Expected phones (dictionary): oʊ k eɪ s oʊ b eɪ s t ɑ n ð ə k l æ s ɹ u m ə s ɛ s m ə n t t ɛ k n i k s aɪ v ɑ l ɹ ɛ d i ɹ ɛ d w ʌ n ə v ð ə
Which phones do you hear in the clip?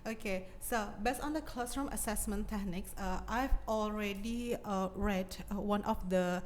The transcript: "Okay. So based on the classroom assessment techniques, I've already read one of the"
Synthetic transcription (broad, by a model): oʊ k eɪ s oʊ b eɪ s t ɑ n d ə k l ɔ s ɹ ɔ m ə s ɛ s m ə n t t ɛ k n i k s aɪ v ɑ l ɹ ɛ d i ɹ ɛ d w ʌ n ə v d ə